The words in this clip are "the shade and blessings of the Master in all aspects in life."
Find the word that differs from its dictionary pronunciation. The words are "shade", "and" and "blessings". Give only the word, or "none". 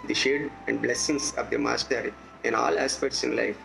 blessings